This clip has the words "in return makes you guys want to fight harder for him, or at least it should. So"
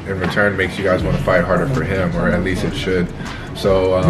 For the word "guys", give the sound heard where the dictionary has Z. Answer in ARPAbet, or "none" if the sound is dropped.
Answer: Z